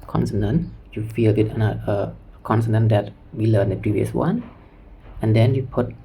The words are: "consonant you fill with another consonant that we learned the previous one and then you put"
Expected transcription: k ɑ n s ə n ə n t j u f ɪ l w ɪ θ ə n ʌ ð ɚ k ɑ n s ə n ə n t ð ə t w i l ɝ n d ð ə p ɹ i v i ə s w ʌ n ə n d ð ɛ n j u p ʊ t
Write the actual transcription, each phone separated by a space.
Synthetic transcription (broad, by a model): k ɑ n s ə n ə n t j u f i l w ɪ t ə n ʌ ɚ k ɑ n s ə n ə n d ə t w i l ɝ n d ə p ɹ i v i ə s w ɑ n ə n d ɛ n j u p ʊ t